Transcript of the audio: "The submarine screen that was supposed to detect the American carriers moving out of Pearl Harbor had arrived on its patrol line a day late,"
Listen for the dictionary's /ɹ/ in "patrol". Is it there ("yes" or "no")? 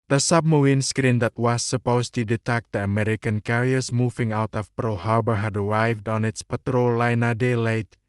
yes